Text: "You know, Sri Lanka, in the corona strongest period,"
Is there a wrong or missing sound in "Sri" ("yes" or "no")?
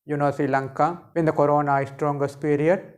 yes